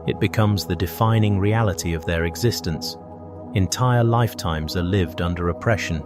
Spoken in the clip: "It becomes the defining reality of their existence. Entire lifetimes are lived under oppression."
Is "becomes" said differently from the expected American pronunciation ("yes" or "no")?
no